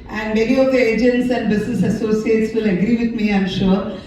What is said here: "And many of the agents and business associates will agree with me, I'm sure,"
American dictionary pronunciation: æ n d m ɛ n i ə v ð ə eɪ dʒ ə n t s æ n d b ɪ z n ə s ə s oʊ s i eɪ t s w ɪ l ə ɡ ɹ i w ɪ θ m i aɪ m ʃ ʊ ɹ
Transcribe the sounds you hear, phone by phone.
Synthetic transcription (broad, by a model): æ n d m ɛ l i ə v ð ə eɪ dʒ ə n t s æ n d b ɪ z n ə s ə s oʊ s i eɪ t s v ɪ l ə ɡ ɹ i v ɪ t m i aɪ m ʃ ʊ ɹ